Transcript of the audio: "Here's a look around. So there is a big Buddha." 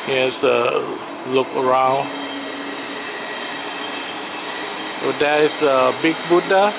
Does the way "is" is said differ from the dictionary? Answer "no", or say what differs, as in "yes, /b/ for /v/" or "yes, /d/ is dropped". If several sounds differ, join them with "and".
yes, /s/ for /z/